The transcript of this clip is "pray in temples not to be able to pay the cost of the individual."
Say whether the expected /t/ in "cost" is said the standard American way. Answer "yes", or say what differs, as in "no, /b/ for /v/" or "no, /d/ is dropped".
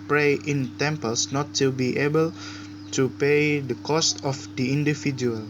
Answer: yes